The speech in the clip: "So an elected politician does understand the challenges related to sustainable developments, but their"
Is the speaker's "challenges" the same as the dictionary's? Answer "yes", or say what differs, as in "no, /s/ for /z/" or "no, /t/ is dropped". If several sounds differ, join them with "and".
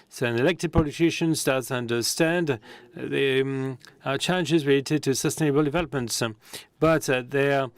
yes